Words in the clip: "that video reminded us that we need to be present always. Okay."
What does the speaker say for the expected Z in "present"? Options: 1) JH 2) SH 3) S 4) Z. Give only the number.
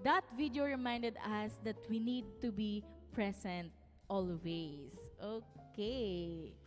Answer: 3